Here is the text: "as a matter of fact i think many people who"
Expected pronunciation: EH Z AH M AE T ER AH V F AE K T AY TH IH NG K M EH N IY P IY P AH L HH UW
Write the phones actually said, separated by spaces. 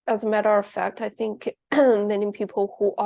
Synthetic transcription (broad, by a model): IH Z AH M AE T ER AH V F AE K T AY TH IH NG K M EH N IY P IY P L HH UW